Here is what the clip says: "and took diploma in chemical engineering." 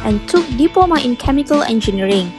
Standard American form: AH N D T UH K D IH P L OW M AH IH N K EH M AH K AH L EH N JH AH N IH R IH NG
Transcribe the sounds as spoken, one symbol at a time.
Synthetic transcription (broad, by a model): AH N T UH K D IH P OW M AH IH N K EH M AH K AH L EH N JH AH N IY R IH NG